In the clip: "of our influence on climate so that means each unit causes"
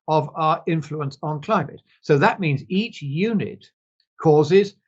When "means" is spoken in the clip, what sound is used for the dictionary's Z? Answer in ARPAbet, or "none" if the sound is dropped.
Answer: Z